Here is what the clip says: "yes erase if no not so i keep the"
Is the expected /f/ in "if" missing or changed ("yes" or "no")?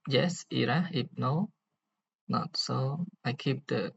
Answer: yes